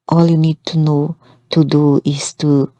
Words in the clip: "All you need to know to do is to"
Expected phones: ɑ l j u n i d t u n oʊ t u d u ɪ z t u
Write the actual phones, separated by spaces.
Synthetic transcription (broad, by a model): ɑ l j u n i d t u n oʊ t u d u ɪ s t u